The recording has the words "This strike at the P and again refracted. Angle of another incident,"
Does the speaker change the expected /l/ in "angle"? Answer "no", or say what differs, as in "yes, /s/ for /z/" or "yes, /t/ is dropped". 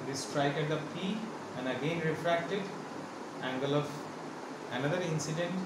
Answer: no